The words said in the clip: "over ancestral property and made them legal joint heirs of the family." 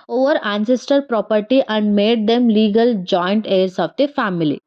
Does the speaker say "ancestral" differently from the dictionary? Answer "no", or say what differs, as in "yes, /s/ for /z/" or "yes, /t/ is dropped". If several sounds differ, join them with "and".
yes, /ɹ/ is dropped